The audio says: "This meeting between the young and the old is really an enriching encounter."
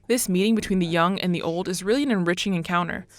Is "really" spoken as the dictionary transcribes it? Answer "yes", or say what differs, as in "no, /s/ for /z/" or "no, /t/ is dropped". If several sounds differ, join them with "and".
yes